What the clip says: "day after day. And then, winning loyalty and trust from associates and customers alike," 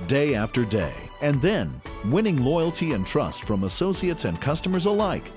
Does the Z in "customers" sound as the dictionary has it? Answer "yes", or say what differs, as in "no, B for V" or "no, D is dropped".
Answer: yes